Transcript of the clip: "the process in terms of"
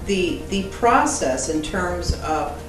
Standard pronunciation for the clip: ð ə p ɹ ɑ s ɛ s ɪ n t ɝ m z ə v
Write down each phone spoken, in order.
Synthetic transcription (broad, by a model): ð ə p ɹ ɑ s ɛ s ɪ n t ɝ m z ə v